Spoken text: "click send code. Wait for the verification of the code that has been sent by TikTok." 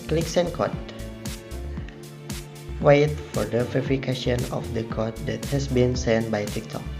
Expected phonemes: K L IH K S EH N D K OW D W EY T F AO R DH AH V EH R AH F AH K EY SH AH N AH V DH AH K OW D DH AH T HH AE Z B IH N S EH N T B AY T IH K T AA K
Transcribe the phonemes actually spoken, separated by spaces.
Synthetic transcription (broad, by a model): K L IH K S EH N K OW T W EY T F AO R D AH F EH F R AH K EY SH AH N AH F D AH K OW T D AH T HH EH S B IH N S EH N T B AY T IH K T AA K